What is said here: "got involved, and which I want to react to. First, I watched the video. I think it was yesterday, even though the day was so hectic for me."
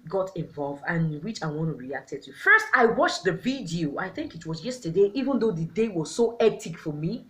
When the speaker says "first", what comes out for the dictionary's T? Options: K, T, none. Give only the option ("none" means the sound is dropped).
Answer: T